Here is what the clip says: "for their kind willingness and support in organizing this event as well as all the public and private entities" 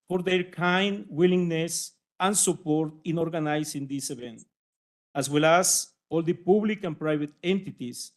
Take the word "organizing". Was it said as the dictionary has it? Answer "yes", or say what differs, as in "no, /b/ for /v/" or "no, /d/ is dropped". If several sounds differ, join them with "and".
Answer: no, /s/ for /z/